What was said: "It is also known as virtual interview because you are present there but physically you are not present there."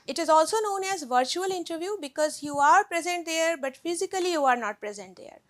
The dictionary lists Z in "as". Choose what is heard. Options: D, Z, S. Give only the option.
Z